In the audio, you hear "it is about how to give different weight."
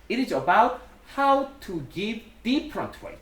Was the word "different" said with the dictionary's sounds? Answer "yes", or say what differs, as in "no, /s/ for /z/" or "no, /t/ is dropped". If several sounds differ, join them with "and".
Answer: no, /p/ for /f/